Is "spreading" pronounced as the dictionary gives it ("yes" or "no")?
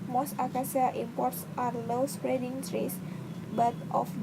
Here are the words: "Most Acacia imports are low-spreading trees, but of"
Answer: yes